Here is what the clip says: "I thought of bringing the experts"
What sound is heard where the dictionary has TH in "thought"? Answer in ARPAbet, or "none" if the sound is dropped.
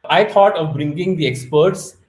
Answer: T